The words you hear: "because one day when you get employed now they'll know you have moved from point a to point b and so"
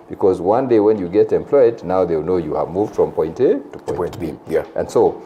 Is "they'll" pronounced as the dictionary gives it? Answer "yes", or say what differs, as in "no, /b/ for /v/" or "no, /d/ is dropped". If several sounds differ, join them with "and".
no, /w/ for /l/